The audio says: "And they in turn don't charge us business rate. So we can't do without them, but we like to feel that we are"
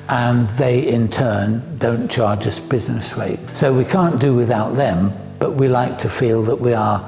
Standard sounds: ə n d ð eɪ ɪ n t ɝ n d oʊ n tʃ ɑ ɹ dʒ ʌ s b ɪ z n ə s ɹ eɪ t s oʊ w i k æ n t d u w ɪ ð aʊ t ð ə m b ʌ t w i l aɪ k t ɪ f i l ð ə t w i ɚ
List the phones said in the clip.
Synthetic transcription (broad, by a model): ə n ð eɪ ɪ n t ɝ n d oʊ n tʃ ɑ ɹ dʒ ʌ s b ɪ z n ə s ɹ eɪ t s oʊ w i k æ n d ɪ w ɪ ð aʊ t ð ə m b ʌ t w i l aɪ k t ɪ f i l ð ə t w i ɚ